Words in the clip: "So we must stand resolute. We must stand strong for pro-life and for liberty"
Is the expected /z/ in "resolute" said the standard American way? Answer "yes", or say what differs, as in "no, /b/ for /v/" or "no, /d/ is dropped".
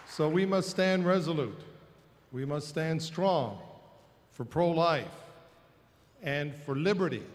yes